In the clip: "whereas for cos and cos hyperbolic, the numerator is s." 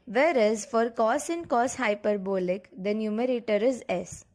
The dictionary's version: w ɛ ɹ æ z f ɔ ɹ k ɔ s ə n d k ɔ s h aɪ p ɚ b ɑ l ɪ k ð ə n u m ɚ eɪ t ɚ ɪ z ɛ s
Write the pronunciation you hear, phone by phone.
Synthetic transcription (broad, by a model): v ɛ ɹ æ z f ɔ ɹ k ɔ s ə n d k ɔ s h aɪ p ɚ b ɑ l ɪ k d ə n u m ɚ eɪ t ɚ ɪ z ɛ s